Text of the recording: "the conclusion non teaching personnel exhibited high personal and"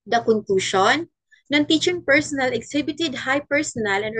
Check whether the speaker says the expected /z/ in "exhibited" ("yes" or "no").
no